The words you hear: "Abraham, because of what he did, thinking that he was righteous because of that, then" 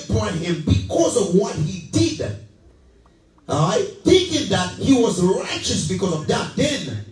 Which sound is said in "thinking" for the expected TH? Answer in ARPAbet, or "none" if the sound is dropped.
TH